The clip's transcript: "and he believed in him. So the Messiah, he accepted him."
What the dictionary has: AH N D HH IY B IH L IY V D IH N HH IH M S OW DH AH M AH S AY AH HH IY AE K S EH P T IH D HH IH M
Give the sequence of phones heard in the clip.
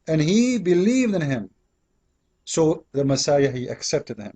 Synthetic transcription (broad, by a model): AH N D HH IY B IH L IY V D IH N HH IH M S OW DH AH M AH S AY AH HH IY AE K S EH P T IH D HH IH M